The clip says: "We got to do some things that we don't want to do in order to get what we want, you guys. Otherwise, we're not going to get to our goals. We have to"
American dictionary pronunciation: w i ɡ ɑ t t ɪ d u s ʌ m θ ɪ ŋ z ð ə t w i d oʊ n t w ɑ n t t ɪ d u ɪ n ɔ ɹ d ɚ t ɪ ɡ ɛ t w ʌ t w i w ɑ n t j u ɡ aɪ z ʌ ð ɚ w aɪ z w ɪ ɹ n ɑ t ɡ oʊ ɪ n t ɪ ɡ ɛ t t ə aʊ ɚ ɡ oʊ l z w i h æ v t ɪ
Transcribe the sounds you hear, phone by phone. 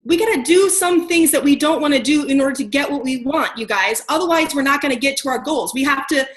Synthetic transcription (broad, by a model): w i ɡ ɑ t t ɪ d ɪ s ʌ m θ ɪ ŋ z ð ə t w i d oʊ n t w ɑ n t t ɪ d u ɪ n ɔ ɹ d ɚ t ɪ ɡ ɛ t w ʌ t w i w ɑ n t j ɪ ɡ aɪ z ʌ ð ɚ w aɪ z w ɪ ɹ n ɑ t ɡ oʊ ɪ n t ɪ ɡ ɛ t t ə aʊ ɚ ɡ oʊ l z w i h æ f t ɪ